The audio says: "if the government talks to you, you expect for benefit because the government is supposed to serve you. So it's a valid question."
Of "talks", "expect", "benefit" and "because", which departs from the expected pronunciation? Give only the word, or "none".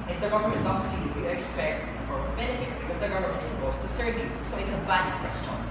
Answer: talks